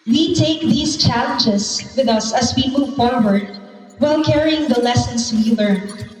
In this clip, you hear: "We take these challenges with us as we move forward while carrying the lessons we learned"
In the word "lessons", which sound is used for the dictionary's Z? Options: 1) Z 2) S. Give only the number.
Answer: 2